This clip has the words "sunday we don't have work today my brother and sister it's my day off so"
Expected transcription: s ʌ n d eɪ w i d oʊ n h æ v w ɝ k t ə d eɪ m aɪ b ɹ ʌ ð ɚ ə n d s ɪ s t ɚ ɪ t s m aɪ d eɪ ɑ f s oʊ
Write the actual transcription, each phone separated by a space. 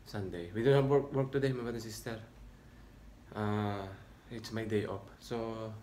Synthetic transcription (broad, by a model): s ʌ n d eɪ w i d oʊ n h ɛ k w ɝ k t ə d eɪ m aɪ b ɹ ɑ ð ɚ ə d s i s t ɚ ɪ t s m aɪ d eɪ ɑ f s oʊ